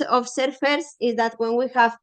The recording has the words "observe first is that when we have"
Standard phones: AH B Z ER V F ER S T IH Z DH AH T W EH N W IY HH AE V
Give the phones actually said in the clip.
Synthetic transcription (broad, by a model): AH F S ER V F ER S IH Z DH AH T W EH N W IY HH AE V